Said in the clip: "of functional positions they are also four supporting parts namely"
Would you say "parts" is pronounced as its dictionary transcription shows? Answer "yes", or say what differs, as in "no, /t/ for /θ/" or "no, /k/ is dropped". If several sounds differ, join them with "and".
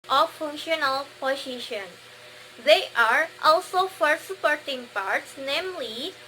yes